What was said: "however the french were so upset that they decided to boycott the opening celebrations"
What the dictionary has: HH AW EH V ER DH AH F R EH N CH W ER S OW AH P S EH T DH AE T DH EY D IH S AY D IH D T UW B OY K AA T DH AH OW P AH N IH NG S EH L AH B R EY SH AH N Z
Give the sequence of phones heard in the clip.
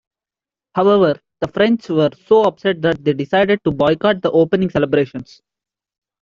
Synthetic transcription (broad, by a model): HH AW EH V ER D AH F R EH N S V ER S OW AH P S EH T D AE T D EY D IH S AY D IH D T UW B OY K AA T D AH OW P AH N IH NG S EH L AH B R EY SH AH N S